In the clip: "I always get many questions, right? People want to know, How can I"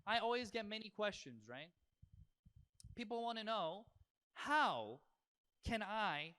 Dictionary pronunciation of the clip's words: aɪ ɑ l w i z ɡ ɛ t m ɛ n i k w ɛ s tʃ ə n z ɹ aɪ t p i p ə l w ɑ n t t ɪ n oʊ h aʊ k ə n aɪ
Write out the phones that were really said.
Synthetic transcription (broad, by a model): aɪ ɑ l w i z ɡ ɛ t m ɛ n i k w ɛ s tʃ ə n z ɹ aɪ t p i p l w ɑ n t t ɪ n oʊ h aʊ k ə n aɪ